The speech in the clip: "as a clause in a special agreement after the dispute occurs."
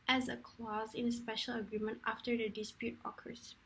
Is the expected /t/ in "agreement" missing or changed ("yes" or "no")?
no